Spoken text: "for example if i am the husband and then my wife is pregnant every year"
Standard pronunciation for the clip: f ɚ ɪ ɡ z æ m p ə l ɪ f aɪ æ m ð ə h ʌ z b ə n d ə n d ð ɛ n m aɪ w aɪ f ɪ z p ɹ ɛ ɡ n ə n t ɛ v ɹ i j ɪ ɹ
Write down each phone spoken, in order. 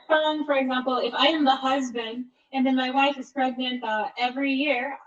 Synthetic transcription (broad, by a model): f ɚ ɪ ɡ z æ m p l ɪ f aɪ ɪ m ð ə h ʌ z b ə n d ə n ð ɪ n m aɪ w aɪ f ɪ z p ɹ ɛ ɡ n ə n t ɛ v ɹ i j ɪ ɹ